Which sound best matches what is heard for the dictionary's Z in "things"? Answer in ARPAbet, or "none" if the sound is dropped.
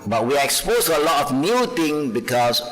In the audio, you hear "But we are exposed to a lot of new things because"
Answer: none